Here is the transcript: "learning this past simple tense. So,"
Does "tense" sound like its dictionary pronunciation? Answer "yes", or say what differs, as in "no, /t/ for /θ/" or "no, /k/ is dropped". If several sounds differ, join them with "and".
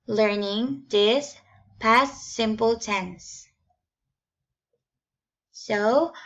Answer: yes